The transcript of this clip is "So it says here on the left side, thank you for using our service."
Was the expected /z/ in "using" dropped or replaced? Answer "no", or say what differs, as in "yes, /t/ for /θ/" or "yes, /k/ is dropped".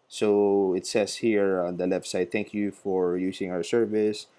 yes, /s/ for /z/